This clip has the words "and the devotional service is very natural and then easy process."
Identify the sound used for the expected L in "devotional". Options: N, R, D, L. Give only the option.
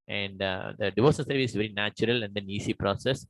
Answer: N